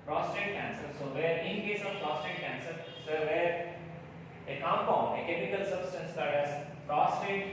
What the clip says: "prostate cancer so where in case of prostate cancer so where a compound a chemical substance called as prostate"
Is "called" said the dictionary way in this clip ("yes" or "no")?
no